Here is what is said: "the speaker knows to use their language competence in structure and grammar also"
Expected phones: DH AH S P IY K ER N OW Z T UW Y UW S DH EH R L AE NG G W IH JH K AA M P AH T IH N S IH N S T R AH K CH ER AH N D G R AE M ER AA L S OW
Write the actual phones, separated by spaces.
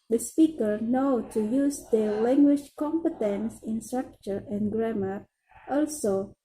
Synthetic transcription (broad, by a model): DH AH S P IY K ER N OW T UW Y UW S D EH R L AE NG G W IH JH K AA M P AH T IH N S IH N S T R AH K CH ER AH N G R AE M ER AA L S OW